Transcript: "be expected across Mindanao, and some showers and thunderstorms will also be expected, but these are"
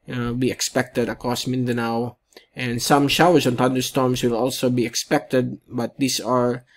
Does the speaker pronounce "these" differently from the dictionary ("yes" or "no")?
yes